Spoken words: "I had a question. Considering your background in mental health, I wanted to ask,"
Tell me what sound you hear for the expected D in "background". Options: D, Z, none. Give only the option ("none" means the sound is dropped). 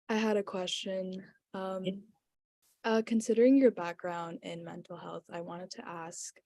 D